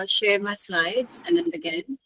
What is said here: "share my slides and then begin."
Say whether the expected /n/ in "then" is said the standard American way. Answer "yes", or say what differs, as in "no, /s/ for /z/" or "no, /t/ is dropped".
yes